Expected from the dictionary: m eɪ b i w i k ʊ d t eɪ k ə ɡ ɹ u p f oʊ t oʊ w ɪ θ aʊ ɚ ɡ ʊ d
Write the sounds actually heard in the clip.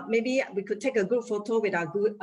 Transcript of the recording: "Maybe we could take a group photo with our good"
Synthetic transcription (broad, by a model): m eɪ b i w i k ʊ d t eɪ k ə ɡ u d f oʊ t oʊ w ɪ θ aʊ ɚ ɡ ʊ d